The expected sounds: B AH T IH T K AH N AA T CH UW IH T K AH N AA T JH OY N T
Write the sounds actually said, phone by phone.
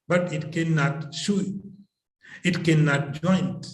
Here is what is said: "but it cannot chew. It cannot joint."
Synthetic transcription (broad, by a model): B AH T IH T K AH N AA T SH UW IH T K AH N AA T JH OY N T